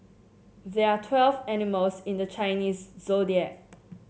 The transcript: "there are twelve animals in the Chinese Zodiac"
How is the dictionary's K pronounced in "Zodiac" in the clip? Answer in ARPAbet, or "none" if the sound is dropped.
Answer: none